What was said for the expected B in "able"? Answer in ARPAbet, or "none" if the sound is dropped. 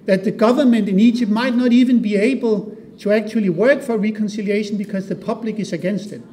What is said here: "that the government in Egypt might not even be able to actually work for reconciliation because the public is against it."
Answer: B